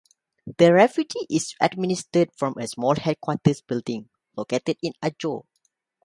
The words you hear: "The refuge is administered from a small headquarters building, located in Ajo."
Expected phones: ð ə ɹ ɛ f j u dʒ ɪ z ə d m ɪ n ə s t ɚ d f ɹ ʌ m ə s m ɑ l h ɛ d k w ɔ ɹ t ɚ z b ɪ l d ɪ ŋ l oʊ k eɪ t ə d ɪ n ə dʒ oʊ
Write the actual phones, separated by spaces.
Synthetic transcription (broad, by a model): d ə ɹ ɛ f j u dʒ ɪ s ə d m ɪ n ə s t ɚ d f ɹ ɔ m ə s m ɑ l h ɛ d k w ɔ t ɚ s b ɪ l d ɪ ŋ l oʊ k eɪ t ə d ɪ n ə dʒ oʊ